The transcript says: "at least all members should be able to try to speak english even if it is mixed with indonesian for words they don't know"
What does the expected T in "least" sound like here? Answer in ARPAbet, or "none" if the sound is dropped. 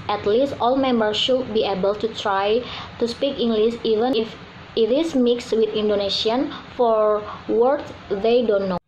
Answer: T